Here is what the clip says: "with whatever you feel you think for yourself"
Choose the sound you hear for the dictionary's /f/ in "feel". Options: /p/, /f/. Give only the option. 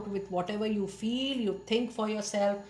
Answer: /f/